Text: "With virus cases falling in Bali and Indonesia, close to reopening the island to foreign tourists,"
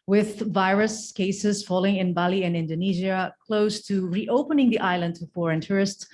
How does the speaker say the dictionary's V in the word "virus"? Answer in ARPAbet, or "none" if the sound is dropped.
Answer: V